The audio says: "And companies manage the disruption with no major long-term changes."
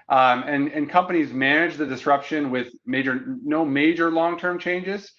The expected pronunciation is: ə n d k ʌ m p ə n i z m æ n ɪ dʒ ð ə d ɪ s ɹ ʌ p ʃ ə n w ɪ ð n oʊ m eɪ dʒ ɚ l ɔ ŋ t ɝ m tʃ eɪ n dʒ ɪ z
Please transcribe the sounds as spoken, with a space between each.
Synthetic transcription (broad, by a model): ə n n k ʌ m p ə n i z m æ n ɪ dʒ ð ə d ɪ s ɹ ʌ p ʃ ə n w ɪ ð n oʊ m eɪ dʒ ɚ l ɔ ŋ t ɝ m tʃ eɪ n dʒ ɪ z